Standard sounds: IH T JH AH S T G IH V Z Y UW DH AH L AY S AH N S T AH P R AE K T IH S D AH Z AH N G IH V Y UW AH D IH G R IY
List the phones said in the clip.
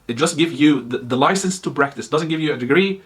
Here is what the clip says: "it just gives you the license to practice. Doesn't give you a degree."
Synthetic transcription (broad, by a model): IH T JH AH S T G IH V Z Y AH DH AH L AY S AH N S T AH P R AE K T IH S D AH Z AH N G IH V Y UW AH D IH G R IY